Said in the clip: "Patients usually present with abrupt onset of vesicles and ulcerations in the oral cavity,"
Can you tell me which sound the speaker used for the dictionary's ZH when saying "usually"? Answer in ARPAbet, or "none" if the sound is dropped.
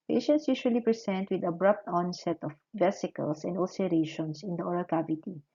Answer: SH